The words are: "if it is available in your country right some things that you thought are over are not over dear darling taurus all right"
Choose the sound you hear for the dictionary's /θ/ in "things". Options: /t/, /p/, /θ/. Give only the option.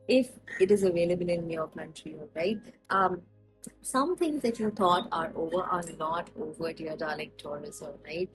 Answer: /t/